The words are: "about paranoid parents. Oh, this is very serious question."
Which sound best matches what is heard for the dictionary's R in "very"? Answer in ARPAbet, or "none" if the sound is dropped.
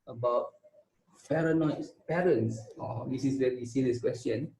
W